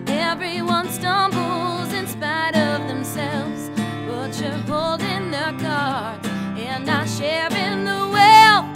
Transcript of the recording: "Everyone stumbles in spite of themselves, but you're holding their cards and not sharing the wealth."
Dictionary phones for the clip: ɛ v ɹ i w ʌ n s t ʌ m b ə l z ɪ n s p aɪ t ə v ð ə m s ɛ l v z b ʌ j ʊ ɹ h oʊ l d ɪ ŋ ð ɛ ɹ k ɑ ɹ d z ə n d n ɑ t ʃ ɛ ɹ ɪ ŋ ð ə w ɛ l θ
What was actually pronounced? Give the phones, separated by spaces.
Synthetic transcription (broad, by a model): ɛ v ɹ i w ʌ n s t ʌ m b l z ɪ n s p aɪ t ə v ð ə m s ɛ l v z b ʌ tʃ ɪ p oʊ l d ɪ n ð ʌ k ɑ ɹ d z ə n n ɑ ʃ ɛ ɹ ɪ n ð ə w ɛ l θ